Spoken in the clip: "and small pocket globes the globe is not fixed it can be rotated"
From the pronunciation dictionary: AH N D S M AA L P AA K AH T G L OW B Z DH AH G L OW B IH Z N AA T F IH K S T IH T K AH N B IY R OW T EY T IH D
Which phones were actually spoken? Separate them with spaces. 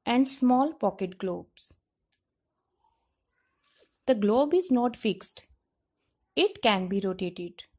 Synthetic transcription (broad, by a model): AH N D S M AA L P AA K AH T G L OW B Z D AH G L OW B IH Z N AA T F IH K S T IH T K AH N B IY R OW T EY T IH D